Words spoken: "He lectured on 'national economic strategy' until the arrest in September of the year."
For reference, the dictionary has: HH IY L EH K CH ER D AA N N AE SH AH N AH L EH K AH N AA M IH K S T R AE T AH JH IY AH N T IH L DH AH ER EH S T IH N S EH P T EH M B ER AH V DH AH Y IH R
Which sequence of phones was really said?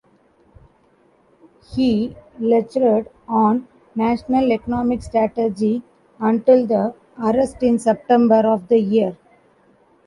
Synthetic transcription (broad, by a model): HH IY L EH CH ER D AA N N AE SH AH N AH L EH K AH N AA M IH K S T R AE T AH JH IY AH N T IH L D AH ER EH S T IH N S EH P T EH M B ER AH V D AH Y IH R